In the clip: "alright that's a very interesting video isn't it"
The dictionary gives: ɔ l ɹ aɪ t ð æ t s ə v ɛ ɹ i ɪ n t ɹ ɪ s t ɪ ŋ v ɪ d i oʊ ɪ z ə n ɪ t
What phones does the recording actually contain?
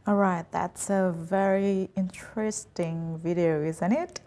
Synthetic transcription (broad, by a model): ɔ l ɹ aɪ t ð æ t s ə v ɛ ɹ i ɪ n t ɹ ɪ s t ɪ ŋ v ɪ d i oʊ ɪ z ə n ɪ t